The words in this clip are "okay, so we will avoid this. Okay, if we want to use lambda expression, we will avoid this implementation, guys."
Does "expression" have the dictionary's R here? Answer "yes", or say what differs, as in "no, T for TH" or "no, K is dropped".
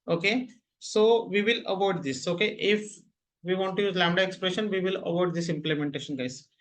yes